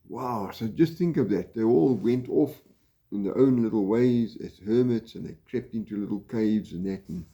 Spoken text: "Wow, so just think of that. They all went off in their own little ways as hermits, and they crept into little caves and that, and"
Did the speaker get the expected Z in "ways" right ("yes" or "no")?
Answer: yes